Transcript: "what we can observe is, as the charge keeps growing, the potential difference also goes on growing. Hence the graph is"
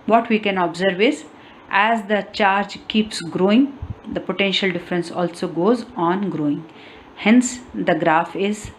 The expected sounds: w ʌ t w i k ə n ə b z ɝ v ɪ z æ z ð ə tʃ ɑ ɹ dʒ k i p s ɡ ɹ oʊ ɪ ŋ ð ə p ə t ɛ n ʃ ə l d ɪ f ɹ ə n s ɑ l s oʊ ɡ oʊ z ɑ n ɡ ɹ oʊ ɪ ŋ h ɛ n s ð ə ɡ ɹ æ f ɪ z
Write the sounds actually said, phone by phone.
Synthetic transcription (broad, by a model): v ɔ t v i k ə n ə b z ɝ v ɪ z æ z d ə tʃ ɑ ɹ dʒ k i p s ɡ ɹ oʊ ɪ ŋ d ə p ə t ɛ n ʃ ə l d ɪ f ɹ ə n s ɑ l s oʊ ɡ oʊ z ɑ n ɡ ɹ oʊ ɪ ŋ h ɛ n s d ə ɡ ɹ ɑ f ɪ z